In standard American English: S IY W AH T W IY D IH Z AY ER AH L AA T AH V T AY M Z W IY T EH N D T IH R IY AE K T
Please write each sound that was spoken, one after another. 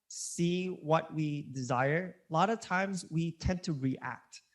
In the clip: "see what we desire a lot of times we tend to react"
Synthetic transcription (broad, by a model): S IY W AH T W IY D IH Z AY ER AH L AA T AH V T AY M Z W IY T EH N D T IH R IY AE K T